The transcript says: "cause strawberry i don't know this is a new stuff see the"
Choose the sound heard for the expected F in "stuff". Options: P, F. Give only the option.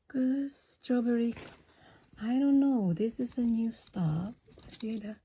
P